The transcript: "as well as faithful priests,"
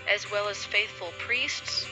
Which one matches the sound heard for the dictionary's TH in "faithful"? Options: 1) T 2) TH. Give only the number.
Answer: 2